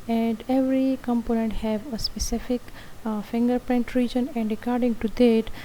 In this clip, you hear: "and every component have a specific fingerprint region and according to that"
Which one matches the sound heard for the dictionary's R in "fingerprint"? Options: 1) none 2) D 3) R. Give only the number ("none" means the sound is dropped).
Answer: 3